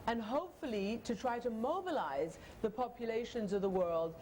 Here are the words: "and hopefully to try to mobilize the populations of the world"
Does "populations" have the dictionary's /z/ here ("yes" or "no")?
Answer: yes